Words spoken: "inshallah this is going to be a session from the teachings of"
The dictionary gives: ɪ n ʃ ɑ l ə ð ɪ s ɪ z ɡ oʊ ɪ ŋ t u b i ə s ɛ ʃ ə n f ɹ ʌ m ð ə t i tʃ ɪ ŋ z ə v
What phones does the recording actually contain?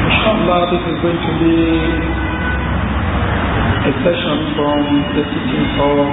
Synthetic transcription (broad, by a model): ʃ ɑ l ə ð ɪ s ɪ z ɡ oʊ ɪ ŋ t u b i ə s ɛ ʃ ə n f ɹ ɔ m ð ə s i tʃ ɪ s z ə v